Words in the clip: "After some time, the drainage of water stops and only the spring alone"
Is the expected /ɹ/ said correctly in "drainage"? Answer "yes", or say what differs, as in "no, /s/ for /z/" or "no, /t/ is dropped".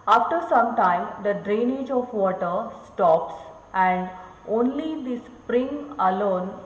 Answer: yes